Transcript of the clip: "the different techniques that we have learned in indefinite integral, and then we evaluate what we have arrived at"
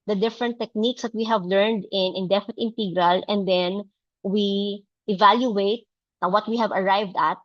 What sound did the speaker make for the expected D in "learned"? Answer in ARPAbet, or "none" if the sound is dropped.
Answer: D